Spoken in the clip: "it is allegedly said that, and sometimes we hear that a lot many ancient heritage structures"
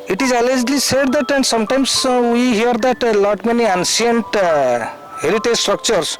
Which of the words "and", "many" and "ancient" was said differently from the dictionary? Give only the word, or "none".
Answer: ancient